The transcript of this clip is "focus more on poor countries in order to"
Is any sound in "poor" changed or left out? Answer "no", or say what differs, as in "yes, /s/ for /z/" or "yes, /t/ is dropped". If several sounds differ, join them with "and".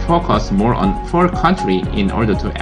yes, /f/ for /p/